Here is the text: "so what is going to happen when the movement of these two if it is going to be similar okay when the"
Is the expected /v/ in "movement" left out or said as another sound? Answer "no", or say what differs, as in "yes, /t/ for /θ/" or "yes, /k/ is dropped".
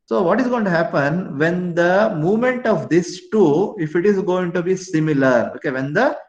no